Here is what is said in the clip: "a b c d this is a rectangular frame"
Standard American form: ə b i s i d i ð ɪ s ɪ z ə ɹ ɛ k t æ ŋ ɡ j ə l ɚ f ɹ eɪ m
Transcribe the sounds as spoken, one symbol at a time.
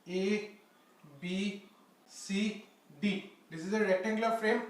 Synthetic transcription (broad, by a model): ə b i s i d i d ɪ s ɪ z ə ɹ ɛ t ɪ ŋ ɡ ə l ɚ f ɹ eɪ m